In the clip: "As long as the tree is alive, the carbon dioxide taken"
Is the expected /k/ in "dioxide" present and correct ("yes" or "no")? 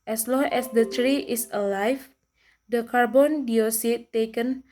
no